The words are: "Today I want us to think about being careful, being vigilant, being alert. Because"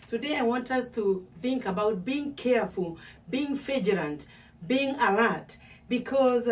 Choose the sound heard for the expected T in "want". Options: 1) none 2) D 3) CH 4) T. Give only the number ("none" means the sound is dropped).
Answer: 4